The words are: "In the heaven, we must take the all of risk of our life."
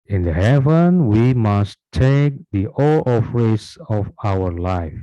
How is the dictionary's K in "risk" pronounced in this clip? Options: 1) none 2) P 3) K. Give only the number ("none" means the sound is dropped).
1